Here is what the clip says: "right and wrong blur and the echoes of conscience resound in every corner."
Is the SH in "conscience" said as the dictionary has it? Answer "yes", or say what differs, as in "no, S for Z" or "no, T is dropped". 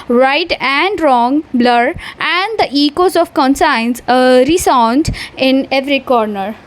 no, S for SH